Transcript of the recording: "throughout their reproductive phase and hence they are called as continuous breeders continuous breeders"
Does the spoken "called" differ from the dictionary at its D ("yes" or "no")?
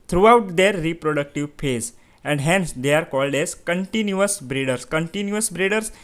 no